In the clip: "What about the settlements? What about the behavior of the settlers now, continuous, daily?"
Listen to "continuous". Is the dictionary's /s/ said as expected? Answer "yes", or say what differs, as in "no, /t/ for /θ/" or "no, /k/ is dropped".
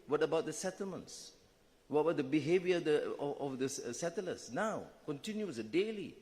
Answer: no, /s/ is dropped